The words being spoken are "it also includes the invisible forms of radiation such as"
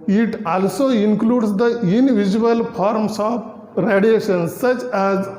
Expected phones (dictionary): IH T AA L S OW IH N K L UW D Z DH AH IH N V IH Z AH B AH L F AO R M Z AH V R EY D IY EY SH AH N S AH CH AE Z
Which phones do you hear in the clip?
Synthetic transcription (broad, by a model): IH T AA L S OW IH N K L UW D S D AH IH N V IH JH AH AH L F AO R M S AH P R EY D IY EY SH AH N S AH CH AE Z